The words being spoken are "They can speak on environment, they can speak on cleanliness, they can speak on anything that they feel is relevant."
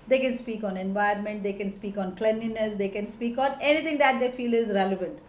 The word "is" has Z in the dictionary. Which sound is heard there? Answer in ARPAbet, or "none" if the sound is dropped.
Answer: Z